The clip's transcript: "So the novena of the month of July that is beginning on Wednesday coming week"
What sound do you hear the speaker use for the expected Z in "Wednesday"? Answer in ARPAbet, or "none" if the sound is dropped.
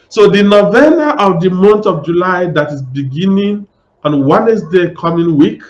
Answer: S